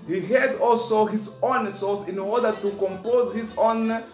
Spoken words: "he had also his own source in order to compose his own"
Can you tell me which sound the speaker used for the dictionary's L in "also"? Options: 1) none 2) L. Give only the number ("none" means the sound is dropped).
2